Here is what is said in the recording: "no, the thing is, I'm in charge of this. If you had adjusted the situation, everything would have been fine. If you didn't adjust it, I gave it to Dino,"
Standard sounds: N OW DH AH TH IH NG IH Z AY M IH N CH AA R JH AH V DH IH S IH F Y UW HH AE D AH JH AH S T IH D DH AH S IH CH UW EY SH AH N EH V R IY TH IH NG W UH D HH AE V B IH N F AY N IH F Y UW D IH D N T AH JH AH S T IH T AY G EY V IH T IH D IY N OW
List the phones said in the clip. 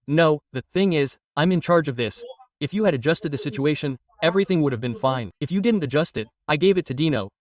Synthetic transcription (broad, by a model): N OW DH AH TH IH NG IH Z AY M IH N CH AA R JH AH V DH IH S IH F Y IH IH D AH JH AH S T IH D DH AH S IH CH UW EY SH AH N EH V R IY TH IH NG W UH D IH V B IH N F AY N IH F Y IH D IH D N T AH JH AH S T IH T AY G EY V IH T IH D IY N OW